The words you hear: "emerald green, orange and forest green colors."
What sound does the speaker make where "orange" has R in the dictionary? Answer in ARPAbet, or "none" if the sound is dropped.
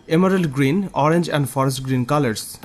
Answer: R